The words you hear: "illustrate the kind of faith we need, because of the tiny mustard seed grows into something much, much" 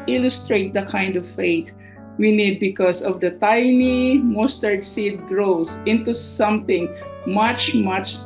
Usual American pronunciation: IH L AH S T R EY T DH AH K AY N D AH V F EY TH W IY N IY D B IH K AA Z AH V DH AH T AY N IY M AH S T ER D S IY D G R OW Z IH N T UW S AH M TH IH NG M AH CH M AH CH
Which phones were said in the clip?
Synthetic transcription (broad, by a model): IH L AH S T R EY T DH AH K AY N D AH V F EY T W IY N IY D B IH K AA S AH V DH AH T AY N IY M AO S T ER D S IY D G R OW S IH N T UW S AH M TH IH NG M AH CH M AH CH